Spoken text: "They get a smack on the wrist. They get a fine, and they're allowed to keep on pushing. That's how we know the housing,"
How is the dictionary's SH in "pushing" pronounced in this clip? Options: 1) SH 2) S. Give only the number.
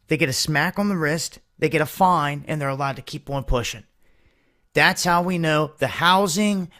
1